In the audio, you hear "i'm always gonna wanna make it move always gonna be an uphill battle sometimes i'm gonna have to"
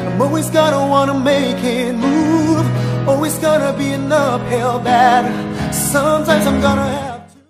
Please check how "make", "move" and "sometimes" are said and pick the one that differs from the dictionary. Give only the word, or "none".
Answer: none